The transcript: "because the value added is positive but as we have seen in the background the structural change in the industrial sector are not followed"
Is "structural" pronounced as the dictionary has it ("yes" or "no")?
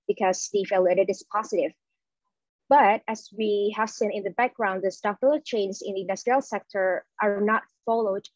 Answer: no